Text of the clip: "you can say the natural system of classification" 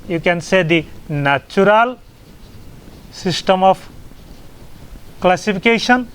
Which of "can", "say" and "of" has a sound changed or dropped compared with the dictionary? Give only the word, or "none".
of